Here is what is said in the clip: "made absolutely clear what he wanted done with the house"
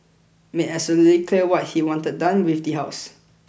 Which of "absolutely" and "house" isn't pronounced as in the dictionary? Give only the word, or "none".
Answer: absolutely